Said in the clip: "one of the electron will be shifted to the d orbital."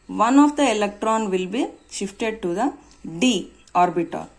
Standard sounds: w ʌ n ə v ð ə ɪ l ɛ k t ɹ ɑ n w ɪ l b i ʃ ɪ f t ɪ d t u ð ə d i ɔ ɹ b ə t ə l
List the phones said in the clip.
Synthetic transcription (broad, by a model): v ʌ n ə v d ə ɪ l ɛ k t ɹ ɑ n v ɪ l b i ʃ ɪ f t ɪ d t u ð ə d i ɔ ɹ b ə t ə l